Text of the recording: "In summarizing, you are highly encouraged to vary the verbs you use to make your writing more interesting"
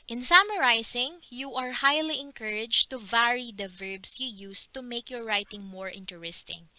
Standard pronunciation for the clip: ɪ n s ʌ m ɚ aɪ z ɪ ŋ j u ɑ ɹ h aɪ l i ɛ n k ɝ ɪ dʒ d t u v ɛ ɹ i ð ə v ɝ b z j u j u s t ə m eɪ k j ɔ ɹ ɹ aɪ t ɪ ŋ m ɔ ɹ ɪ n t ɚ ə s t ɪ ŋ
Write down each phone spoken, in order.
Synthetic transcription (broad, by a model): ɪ n s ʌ m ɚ aɪ s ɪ ŋ j u ɑ ɹ h aɪ l i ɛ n k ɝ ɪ dʒ t u v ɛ ɹ i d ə v ɝ b s j u j u s t ə m eɪ k j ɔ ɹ ɹ aɪ t ɪ ŋ m ɔ ɹ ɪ n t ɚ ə s t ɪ ŋ